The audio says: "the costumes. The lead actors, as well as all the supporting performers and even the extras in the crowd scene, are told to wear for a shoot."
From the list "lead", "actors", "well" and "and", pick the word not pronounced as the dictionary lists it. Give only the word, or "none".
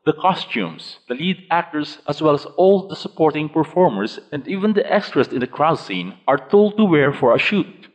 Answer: actors